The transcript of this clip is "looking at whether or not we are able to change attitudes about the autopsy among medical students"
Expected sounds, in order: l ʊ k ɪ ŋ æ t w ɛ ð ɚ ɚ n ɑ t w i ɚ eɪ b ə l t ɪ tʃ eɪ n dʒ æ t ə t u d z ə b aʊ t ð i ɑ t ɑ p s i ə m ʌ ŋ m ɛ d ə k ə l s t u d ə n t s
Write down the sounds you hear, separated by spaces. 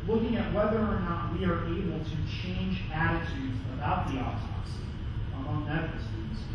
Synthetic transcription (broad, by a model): l ʊ k ɪ ŋ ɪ t w ɛ ð ɚ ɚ n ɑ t w i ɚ eɪ b l t ɪ tʃ eɪ n dʒ æ t ə t u d z ə b aʊ t ð i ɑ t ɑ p s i ə m ʌ ŋ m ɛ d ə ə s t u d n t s